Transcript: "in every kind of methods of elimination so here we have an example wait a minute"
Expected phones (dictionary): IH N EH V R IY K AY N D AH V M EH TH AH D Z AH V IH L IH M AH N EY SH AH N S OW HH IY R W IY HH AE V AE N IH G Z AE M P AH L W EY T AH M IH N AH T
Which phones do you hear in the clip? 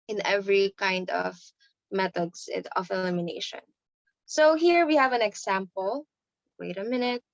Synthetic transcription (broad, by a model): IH N EH V R IY K AY N D AH V M EH T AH D S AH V IH L IH M AH N EY SH AH N S OW HH IY R W IY HH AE V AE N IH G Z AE M P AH L W EY T AH M IH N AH T